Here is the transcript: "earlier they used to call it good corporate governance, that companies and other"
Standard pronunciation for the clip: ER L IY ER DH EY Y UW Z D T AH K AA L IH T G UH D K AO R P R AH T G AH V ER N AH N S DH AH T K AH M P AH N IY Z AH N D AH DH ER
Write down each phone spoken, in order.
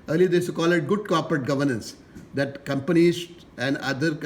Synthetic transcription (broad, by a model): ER L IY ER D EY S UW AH K AA L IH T G UH D K AO R P R AH T G AH V ER N AH N S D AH T K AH M P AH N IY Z AH N D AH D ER